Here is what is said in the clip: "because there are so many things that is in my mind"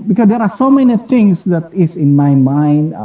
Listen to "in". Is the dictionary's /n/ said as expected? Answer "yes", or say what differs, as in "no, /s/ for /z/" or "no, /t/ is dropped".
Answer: yes